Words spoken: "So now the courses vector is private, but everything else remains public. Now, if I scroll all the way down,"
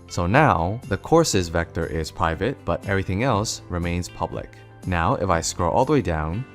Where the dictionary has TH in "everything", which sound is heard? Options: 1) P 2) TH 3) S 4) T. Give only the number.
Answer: 2